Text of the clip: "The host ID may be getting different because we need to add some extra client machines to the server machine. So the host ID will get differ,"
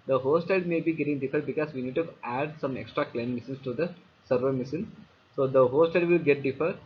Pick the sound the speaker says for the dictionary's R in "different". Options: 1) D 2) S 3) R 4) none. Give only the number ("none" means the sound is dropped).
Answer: 4